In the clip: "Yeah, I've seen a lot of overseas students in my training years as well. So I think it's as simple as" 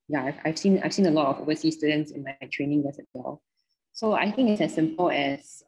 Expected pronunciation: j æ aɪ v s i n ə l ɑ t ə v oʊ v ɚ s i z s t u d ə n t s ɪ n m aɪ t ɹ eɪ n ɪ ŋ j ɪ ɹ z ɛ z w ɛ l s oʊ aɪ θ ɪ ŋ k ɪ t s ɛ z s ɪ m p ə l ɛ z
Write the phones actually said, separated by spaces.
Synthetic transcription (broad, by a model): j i aɪ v s i n ə l ɑ t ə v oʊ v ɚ s i s t u d ə n t s ɪ n m aɪ t ɹ eɪ n ɪ ŋ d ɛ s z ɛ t w ɛ l s oʊ aɪ θ ɪ ŋ k ɪ t s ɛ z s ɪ m p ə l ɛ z